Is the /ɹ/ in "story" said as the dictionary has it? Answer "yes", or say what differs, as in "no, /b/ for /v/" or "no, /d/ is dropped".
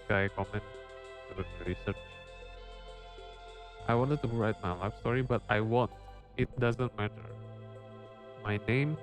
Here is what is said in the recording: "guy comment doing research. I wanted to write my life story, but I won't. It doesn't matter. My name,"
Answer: yes